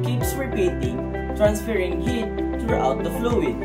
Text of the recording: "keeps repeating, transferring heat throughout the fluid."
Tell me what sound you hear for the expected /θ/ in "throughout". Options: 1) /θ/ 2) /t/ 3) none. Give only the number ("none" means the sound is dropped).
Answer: 2